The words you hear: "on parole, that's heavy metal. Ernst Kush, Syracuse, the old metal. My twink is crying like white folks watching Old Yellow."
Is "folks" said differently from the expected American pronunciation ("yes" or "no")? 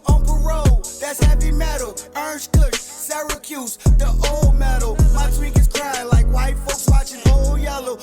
no